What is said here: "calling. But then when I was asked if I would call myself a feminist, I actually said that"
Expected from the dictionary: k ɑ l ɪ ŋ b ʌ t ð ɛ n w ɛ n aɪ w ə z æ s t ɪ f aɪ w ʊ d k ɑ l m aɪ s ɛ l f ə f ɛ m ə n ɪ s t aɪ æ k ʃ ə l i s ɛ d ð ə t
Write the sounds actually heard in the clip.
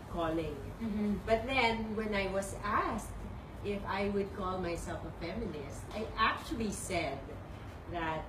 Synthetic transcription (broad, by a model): k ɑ l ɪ ŋ b ʌ t ð ɛ n w ɛ n aɪ w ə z æ s t ɪ f aɪ w ʊ d k ɑ l m aɪ s ɛ l f ə f ɛ m ə n ɪ s t aɪ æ k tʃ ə l i s ɛ d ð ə t